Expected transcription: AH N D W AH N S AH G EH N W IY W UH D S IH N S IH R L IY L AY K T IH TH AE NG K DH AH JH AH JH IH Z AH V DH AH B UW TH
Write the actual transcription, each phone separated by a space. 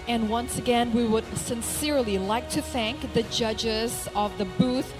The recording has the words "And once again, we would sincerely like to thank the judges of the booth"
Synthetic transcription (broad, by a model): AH N W AH N S AH G EH N W IY W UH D S IH N S IH R L IY L AY K T IH TH AE NG K DH AH JH AH JH IH Z AH V DH AH B UW TH